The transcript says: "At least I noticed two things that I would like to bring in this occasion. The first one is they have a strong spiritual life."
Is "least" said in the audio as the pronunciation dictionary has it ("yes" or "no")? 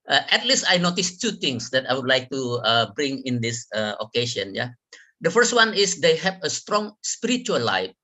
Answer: yes